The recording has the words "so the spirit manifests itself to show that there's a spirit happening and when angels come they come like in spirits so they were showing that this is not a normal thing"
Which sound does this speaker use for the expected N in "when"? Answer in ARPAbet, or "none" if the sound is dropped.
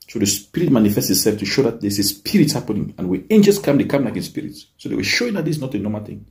none